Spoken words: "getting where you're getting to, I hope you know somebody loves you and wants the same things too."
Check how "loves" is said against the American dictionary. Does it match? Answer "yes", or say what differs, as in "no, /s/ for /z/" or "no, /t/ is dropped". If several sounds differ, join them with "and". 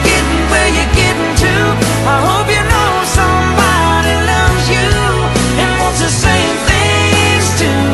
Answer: yes